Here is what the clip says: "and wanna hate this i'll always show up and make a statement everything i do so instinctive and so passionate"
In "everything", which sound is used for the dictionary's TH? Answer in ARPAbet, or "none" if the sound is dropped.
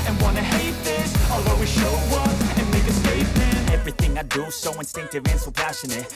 TH